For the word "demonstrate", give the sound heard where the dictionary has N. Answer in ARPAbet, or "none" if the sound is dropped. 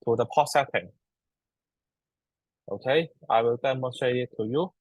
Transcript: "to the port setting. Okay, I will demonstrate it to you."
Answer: none